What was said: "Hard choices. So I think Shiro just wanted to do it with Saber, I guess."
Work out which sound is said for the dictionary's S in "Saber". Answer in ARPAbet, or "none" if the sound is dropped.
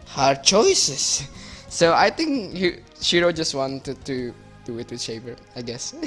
SH